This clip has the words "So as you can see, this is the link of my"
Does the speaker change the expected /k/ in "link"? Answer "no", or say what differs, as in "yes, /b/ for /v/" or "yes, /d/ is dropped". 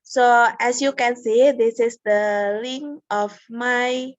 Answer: yes, /k/ is dropped